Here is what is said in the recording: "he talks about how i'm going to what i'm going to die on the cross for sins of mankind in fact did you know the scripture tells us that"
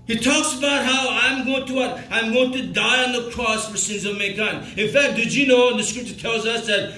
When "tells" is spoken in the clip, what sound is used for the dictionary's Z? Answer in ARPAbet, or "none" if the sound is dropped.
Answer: Z